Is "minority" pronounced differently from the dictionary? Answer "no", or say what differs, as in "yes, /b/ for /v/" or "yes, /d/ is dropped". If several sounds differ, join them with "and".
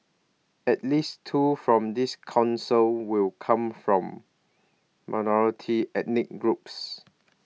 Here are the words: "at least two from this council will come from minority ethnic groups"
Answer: no